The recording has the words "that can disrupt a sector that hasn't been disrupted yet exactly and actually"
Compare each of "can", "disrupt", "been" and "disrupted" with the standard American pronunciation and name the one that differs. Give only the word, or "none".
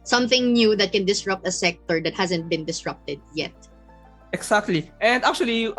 none